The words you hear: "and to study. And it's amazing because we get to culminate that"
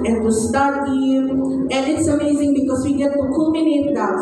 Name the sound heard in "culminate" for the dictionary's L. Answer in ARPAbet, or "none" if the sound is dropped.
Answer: none